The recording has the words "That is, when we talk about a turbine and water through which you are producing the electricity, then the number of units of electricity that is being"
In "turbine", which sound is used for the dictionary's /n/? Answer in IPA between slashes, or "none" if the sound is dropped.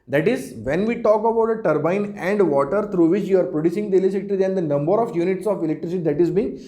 /n/